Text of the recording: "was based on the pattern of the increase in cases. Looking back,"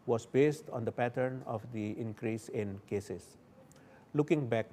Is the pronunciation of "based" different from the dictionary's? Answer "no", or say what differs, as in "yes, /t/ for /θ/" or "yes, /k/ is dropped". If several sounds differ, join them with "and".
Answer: no